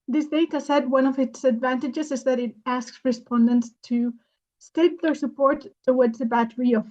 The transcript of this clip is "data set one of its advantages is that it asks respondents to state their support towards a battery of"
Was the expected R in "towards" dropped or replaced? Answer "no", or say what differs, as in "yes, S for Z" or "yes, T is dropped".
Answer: yes, W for R